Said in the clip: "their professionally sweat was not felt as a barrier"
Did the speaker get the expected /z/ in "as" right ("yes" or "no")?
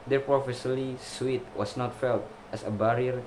no